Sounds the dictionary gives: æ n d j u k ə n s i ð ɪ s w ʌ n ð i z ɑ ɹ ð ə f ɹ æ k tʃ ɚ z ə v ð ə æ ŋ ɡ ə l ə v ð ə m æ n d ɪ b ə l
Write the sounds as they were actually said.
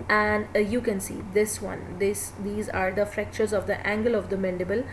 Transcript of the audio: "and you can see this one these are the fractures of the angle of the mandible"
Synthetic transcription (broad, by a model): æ n d j u k ə n s i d ɪ s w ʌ n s i z ɑ ɹ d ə f ɹ æ k tʃ ɚ z ə v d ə æ ŋ ɡ ə l ə v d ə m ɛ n d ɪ b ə l